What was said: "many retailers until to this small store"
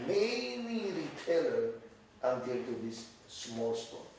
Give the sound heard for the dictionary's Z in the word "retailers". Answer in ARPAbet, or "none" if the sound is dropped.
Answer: none